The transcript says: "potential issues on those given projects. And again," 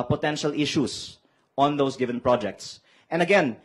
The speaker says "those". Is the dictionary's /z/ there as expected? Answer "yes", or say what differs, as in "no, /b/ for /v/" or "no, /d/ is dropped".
no, /s/ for /z/